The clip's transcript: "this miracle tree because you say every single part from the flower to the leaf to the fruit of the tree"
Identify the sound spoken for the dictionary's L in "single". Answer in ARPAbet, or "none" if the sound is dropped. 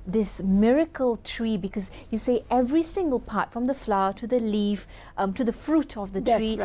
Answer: L